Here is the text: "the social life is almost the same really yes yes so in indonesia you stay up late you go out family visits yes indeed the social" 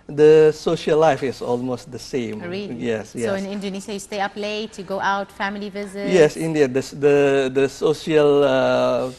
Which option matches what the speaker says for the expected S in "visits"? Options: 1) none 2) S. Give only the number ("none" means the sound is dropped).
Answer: 1